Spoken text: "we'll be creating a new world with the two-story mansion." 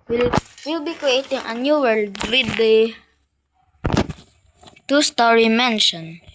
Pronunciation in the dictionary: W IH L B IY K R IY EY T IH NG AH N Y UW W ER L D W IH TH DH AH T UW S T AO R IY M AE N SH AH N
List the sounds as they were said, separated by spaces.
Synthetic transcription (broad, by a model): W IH L B IY K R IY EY T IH NG AH N Y UW W ER L D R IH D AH T UW S T AO R IY M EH N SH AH N